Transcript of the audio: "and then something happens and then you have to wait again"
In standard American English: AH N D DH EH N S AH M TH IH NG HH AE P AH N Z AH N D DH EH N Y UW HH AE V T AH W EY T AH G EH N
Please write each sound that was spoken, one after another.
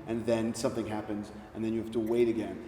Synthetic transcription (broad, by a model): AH N DH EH N S AH M TH IH NG HH AE P AH N Z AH N DH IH N Y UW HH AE F T AH W EY T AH G EH N